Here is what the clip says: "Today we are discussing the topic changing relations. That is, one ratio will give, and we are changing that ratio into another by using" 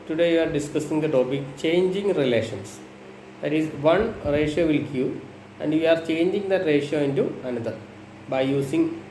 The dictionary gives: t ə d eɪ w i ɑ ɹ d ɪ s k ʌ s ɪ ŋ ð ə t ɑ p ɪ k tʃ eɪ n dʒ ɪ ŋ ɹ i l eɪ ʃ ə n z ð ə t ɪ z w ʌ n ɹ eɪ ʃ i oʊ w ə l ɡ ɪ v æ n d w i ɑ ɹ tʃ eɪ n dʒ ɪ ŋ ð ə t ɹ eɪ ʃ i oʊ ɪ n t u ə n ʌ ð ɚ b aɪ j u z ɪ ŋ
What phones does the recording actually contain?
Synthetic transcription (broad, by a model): t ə d eɪ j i ɑ ɹ d ɪ s k ʌ s ɪ ŋ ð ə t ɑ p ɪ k tʃ eɪ n dʒ ɪ ŋ ɹ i l eɪ ʃ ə n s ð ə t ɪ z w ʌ n ɹ eɪ ʃ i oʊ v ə l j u æ n d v i ɑ ɹ tʃ eɪ n dʒ ɪ ŋ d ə t ɹ eɪ ʃ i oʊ ɪ n t u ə n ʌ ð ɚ b aɪ j u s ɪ ŋ